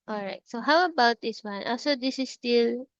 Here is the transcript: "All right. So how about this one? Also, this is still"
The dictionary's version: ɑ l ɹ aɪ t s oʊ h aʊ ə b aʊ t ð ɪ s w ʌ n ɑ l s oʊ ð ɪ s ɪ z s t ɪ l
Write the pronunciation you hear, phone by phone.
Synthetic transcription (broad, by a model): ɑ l ɹ aɪ t s oʊ h aʊ ə b aʊ t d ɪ s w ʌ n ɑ s oʊ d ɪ s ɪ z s t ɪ l